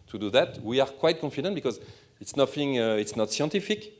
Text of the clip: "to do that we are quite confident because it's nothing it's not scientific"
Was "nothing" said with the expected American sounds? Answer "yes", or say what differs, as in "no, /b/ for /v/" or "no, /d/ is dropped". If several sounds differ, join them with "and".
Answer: no, /f/ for /θ/